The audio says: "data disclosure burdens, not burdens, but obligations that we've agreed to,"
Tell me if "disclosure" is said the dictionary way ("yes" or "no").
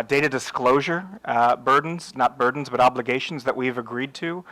yes